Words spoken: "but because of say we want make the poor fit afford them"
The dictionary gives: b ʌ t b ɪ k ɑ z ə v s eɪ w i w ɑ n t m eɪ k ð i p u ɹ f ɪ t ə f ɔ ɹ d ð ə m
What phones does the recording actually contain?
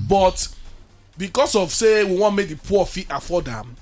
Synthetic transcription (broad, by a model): b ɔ t b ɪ k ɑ s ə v s eɪ w i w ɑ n m eɪ k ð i p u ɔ f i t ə f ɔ d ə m